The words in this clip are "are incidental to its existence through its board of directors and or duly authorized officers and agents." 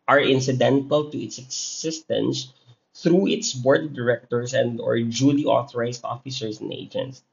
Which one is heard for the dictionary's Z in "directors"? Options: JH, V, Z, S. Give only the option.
S